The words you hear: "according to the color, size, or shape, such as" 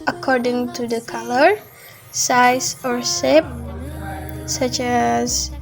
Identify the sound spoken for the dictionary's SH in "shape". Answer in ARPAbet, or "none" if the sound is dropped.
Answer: S